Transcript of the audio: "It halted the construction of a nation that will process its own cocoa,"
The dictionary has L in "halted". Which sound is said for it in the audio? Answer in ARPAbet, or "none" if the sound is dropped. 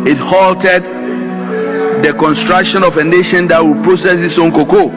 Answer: L